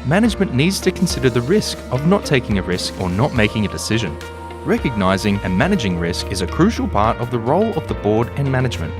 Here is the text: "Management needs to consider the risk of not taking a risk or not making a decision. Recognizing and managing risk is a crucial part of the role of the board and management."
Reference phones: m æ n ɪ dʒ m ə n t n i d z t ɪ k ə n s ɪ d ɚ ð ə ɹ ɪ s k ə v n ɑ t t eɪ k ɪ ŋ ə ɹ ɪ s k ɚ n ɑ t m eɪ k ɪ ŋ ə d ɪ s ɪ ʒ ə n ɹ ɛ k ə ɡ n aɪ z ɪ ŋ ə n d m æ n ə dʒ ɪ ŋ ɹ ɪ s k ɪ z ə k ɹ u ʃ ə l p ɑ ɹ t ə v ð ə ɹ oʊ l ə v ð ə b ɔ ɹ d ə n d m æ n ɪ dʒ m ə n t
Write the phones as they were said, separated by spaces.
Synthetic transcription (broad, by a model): m æ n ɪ dʒ m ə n n i d z t ɪ k n s ɪ d ɚ ð ə ɹ ɪ s k ə v n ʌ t t eɪ k ɪ ŋ ə ɹ ɪ s k ɚ n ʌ t m eɪ k ɪ ŋ ə d ɪ s ɪ ʒ ə n ɹ ɛ k ə ɡ n aɪ z ɪ ŋ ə n m æ n ə dʒ ɪ ŋ ɹ ɪ s k ɪ z ə k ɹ u ʃ l p ɑ ɹ t ə v ð ə ɹ oʊ l ə v ð ə b ɔ ɹ d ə n m æ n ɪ dʒ m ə n t